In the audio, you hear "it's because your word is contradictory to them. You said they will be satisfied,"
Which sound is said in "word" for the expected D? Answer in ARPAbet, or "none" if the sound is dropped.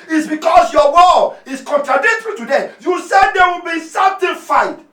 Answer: none